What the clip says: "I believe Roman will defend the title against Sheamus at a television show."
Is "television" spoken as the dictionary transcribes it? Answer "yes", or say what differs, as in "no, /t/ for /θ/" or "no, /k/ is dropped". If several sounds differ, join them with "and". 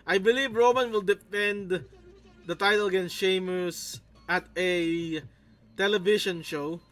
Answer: no, /ʃ/ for /ʒ/